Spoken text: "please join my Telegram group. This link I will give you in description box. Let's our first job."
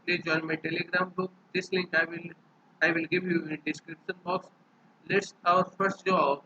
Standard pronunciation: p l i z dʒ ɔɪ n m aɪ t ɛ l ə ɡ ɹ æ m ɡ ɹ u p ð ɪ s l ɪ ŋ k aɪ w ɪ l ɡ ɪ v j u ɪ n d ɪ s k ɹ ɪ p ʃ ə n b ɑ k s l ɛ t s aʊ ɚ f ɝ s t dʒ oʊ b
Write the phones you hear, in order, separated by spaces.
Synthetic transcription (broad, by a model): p l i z dʒ ɔɪ n m aɪ t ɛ l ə ɡ ɹ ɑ m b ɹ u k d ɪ s l ɪ ŋ k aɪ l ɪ l ɡ ɪ v j u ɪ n d ɪ s k ɹ ɪ p ʃ ə n b ɑ k s l ɛ t s aʊ ɚ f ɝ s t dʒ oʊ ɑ